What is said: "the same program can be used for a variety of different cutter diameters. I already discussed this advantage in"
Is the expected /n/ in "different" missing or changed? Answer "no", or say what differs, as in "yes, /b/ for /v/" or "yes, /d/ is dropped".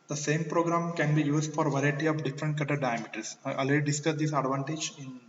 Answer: no